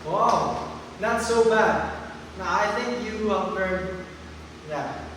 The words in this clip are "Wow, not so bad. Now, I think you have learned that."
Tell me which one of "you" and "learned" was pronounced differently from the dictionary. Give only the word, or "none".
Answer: learned